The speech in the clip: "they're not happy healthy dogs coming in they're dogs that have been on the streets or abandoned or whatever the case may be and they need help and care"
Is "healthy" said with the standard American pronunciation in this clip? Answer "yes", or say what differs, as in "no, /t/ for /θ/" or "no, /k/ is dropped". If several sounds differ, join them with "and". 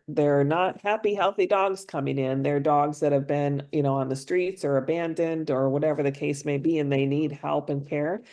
yes